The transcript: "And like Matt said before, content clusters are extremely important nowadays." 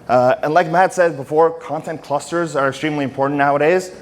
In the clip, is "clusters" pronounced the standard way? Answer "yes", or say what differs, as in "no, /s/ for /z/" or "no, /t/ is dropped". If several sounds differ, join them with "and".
yes